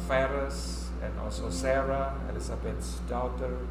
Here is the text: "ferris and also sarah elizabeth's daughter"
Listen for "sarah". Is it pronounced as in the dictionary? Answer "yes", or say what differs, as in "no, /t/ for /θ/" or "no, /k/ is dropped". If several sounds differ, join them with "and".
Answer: yes